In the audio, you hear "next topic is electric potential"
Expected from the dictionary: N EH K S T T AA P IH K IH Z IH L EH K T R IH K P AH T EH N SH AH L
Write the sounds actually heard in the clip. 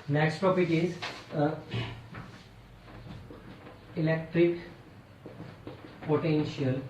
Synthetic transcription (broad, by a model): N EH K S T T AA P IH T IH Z IH L EH K T R IH K P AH T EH N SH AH L